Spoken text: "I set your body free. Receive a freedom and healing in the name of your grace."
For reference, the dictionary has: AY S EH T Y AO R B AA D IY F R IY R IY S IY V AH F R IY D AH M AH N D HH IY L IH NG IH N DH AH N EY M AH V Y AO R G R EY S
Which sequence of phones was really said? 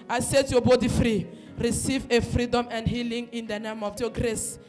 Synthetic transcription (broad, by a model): AY S EH T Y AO B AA D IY F R IY R IY S IY V AH F R IY D AH M AH N D HH IY L IH NG IH N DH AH N EY M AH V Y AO G R EY S